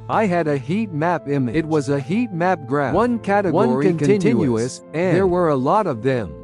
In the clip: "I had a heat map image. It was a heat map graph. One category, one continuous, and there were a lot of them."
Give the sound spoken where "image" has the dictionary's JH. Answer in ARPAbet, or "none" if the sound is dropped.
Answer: none